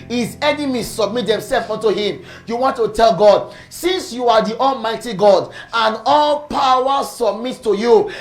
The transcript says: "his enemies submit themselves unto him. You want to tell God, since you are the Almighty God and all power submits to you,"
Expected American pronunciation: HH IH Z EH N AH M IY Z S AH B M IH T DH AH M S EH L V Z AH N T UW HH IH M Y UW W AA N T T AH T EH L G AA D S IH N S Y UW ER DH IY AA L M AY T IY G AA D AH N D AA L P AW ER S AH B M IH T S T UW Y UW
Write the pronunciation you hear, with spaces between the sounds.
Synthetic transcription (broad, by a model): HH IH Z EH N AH M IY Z S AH B M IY T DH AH M S EH L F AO N T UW HH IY M Y UW W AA N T T AH T EH L G AA D S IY N S Y UW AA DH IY AA L M AY T IY G AA D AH N AA L P AW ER S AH B M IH T T UW Y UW